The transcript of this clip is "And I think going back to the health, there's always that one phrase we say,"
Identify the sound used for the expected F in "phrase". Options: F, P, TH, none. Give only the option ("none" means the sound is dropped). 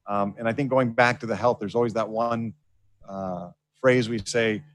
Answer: F